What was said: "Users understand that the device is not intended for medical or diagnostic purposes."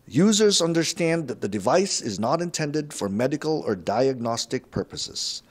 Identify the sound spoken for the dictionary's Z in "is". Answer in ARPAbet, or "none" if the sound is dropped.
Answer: Z